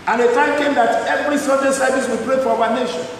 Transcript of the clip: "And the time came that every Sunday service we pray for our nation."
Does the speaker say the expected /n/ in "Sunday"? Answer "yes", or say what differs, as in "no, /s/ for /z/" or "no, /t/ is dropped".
no, /n/ is dropped